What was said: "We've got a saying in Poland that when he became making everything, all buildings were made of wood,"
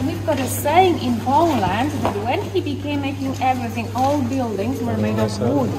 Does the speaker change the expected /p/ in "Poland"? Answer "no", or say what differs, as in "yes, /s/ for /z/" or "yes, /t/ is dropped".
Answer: yes, /b/ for /p/